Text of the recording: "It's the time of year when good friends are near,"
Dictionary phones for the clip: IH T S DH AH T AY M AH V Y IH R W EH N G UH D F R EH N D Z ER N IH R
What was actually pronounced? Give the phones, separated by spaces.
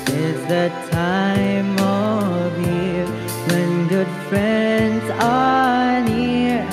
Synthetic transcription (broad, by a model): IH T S DH AH T AY M AH V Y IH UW W EH N G UH D F R EH N D Z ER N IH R